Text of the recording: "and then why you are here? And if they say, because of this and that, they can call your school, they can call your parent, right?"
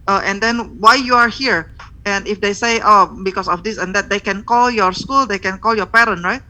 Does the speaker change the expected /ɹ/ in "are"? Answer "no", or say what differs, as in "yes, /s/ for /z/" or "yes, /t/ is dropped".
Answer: no